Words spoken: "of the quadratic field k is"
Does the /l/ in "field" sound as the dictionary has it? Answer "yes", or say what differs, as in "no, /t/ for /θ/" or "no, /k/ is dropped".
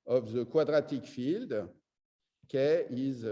yes